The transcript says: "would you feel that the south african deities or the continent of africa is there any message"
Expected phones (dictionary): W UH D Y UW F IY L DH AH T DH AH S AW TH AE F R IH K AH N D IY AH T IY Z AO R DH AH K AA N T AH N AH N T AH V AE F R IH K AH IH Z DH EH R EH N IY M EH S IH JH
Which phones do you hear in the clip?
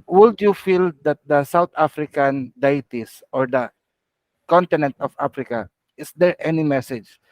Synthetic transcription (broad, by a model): W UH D Y UW F IY L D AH T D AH S AW T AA F R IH K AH N D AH T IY S AO R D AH K AA N T AH N AH N T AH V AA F R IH K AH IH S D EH R EH N IY M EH S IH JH